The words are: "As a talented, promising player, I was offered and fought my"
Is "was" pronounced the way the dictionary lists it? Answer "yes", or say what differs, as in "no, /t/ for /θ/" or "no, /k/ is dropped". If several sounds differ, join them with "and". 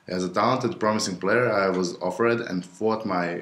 yes